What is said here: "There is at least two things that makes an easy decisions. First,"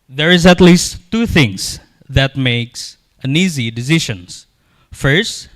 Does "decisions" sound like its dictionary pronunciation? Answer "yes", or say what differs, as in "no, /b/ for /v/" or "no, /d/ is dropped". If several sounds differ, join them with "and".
no, /ʃ/ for /ʒ/